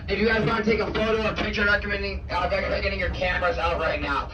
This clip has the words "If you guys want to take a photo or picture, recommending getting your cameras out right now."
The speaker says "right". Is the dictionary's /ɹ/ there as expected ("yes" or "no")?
yes